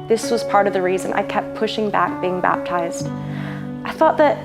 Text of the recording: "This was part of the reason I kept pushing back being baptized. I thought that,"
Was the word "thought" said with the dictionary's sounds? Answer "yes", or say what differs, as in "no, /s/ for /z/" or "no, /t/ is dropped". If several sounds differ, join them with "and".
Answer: yes